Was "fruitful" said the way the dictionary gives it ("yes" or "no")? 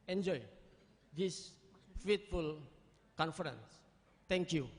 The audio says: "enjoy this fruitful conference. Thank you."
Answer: no